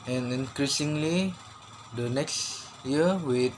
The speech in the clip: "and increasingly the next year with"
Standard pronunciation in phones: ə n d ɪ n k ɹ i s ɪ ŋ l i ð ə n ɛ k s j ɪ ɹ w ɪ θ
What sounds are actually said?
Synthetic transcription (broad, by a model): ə n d ɪ n k ɹ i s ɪ ŋ l i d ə n ɛ k s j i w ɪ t